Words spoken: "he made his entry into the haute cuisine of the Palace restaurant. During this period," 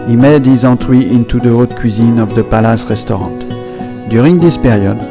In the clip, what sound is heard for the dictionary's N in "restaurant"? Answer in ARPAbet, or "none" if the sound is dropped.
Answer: none